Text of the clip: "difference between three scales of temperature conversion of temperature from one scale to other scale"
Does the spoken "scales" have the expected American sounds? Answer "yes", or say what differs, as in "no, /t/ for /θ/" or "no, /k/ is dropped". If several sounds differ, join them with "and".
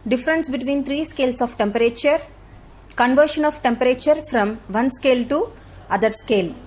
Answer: no, /s/ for /z/